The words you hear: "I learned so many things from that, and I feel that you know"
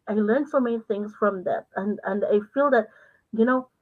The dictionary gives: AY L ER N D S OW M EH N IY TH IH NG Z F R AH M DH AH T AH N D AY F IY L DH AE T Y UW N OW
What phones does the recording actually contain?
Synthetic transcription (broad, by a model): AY L ER N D S OW M EH N IY TH IH NG Z F R AH M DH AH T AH N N AY F IY L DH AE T Y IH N OW